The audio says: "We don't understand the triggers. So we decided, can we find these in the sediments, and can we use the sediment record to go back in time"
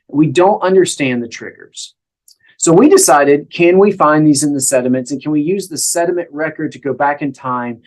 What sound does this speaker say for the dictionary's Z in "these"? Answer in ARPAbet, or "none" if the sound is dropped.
Z